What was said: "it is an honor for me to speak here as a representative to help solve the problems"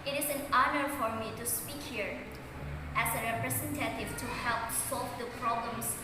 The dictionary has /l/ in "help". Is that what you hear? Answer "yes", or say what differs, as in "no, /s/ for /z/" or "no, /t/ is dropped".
yes